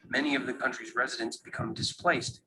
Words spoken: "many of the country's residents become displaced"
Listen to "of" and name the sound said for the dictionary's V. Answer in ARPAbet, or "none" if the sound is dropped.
V